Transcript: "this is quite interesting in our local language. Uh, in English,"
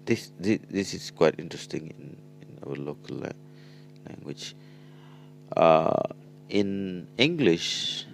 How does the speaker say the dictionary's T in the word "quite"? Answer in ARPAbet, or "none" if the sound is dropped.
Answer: T